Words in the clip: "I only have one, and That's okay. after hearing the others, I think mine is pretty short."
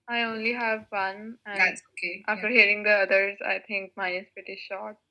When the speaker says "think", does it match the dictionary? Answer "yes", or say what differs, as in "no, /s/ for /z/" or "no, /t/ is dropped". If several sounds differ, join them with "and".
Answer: no, /t/ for /θ/